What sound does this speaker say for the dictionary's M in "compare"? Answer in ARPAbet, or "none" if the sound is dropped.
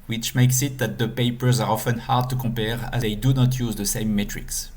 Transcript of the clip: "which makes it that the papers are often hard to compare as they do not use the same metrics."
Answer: none